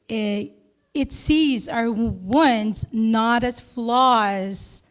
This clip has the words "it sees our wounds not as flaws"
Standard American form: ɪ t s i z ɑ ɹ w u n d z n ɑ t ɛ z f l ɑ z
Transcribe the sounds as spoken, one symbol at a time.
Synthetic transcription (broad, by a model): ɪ t s i z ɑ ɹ w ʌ n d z n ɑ t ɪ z f l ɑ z